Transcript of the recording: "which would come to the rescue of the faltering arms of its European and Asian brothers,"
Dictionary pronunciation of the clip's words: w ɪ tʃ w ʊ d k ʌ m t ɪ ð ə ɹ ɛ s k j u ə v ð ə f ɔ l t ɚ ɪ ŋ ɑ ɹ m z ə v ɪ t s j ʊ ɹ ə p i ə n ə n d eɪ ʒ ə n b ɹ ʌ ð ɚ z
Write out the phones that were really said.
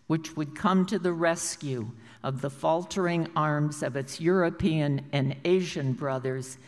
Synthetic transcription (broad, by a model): w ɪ tʃ w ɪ d k ʌ m t ɪ ð ə ɹ ɛ s k j u ə v ð ə f ɔ l t ɚ ɪ ŋ ɑ ɹ m z ə v ɪ t s j ʊ ɹ ə p i ə n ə n eɪ ʒ ə n b ɹ ʌ ð ɚ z